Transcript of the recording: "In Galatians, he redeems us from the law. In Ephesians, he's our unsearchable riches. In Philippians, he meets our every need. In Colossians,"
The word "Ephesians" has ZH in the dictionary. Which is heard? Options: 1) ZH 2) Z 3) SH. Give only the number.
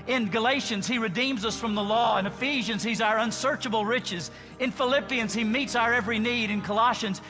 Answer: 1